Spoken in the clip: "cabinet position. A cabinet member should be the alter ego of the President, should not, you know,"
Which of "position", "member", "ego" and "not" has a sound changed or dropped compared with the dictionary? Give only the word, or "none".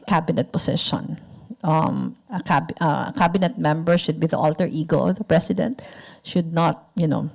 position